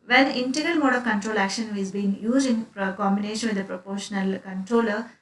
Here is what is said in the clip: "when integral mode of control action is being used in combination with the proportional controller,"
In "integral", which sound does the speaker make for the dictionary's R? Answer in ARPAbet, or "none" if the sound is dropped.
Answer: R